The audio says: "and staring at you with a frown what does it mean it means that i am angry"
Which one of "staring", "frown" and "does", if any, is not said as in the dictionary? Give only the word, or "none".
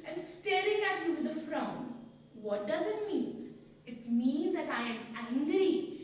none